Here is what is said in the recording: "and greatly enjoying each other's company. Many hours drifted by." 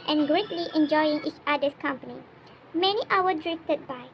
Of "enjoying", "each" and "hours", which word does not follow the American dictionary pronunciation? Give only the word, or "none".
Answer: hours